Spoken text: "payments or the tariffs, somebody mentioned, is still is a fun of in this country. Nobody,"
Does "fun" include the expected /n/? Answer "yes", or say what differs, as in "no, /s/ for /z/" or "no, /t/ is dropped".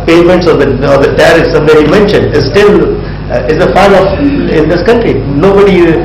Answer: no, /l/ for /n/